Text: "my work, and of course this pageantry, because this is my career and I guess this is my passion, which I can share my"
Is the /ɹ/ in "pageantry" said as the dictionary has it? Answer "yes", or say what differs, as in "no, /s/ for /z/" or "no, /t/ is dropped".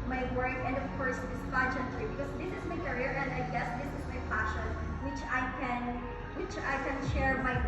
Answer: no, /l/ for /ɹ/